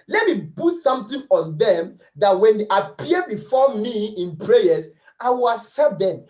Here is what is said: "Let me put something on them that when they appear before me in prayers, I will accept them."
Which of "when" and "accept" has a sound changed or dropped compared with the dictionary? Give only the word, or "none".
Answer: accept